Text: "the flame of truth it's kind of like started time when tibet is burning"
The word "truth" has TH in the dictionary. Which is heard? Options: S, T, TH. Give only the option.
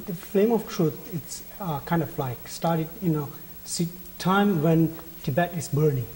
T